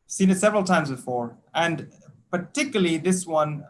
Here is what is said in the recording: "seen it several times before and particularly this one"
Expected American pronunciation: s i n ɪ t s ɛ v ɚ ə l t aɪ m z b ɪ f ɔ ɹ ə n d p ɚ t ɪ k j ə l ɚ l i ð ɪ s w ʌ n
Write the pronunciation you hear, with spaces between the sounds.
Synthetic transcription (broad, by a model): s i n ɪ t s ɛ v ɚ ə l t aɪ m z b ɪ f ɔ ɹ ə n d p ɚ t ɪ k j l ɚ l i ð ɪ s w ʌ n